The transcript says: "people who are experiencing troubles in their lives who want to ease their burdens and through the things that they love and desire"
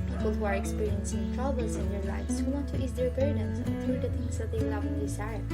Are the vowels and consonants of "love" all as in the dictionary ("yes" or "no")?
no